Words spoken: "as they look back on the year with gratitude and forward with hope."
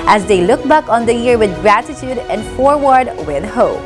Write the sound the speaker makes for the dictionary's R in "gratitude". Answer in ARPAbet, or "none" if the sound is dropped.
R